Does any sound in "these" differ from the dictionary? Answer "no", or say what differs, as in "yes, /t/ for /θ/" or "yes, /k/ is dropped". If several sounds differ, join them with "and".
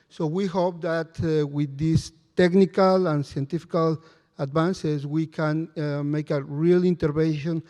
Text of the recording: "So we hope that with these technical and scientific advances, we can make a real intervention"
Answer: yes, /s/ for /z/